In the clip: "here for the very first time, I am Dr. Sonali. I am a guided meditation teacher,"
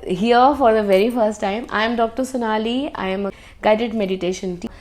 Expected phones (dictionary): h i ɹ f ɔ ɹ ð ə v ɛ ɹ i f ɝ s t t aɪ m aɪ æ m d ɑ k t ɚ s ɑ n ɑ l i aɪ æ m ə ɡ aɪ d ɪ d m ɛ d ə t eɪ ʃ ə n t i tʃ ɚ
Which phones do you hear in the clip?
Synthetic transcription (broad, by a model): h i ɹ f ɔ ɹ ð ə v ɛ ɹ i f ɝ s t t aɪ m aɪ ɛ m d ɑ k t ɚ s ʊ n ɑ l i aɪ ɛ m ə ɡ aɪ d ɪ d m ɛ d ə t eɪ ʃ ə n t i